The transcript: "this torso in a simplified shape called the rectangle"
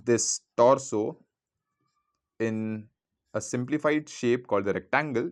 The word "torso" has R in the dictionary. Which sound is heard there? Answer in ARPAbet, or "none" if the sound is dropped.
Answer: R